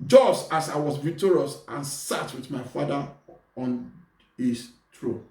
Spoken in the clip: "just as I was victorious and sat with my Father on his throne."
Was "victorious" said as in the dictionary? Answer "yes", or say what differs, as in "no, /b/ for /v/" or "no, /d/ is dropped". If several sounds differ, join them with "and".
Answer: no, /k/ is dropped